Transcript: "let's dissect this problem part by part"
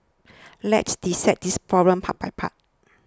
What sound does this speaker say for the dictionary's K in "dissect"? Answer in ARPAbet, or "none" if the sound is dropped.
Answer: none